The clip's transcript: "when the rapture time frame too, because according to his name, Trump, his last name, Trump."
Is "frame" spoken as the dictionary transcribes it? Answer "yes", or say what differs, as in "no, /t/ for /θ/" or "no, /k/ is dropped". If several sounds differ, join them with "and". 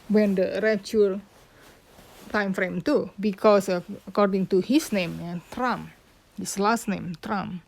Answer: yes